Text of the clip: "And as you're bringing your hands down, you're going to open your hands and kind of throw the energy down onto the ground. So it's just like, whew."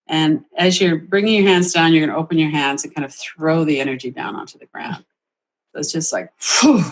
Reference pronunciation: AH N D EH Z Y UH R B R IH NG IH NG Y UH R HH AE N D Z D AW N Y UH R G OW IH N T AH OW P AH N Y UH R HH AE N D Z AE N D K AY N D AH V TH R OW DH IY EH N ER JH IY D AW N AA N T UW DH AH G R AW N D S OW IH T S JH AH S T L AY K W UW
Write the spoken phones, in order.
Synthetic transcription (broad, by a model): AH N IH Z Y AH R B R IH NG IH NG Y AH R HH AE N D Z D AW N Y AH R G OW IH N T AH OW P AH N Y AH R HH AE N D Z N K AY N D AH V TH R OW DH IY EH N ER JH IY D AW N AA N T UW DH AH G R AW N D S OW IH T S JH AH S T L AY K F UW